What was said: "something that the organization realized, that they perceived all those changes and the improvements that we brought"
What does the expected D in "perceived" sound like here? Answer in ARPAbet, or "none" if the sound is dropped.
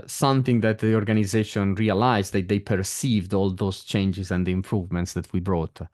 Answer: D